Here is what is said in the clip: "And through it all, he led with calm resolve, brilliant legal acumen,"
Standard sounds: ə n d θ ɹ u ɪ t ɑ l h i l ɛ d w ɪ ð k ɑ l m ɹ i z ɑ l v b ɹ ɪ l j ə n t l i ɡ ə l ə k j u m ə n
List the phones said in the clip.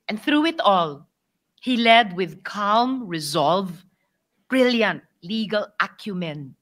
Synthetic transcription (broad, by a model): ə n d θ ɹ u ɪ t ɑ l h i l ɛ d w ɪ ð k ɑ l m ɹ i z ɑ l v b ɹ ɪ l j ə n t l i ɡ ə l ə k j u m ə n